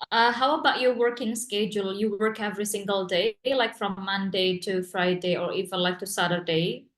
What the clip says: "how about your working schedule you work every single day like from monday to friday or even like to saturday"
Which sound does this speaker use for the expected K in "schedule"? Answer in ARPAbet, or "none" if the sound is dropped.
K